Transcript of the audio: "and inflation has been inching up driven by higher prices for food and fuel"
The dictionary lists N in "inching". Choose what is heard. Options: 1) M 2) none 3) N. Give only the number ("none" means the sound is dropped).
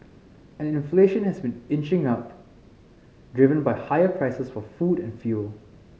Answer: 3